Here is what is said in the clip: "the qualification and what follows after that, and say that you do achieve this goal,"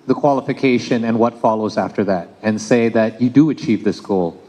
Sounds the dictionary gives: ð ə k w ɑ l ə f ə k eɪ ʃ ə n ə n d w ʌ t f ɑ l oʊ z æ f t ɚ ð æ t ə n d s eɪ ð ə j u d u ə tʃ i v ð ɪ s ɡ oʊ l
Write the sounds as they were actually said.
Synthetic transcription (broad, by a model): ð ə k w ɑ l ə f ə k eɪ ʃ ə n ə n w ʌ t f ɑ l oʊ z æ f t ɚ ð æ t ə n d s eɪ ð ə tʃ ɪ d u ə tʃ i v ð ɪ s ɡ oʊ l